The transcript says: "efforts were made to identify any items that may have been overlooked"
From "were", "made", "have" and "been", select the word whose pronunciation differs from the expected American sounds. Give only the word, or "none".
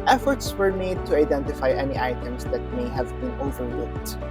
none